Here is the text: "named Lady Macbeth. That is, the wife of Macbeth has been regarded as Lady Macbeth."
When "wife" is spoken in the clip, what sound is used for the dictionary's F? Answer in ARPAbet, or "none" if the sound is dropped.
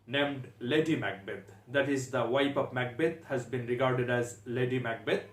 P